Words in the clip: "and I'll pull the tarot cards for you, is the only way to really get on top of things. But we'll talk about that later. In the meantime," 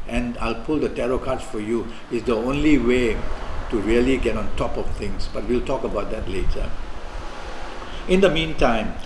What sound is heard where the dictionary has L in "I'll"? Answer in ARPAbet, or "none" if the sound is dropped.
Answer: L